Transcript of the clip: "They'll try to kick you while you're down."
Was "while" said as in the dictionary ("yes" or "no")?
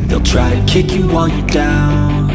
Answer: no